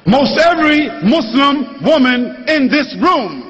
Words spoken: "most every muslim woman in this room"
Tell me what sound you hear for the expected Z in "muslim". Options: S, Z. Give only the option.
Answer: S